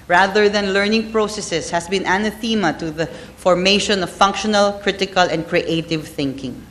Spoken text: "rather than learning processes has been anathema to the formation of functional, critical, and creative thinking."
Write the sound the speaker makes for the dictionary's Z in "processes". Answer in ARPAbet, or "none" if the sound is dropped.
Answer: S